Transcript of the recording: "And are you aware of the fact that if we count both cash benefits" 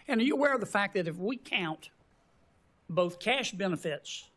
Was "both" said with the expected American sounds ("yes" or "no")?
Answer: yes